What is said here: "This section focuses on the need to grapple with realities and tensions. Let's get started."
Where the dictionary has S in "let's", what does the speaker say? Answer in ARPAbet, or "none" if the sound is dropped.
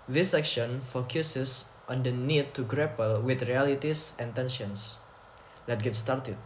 none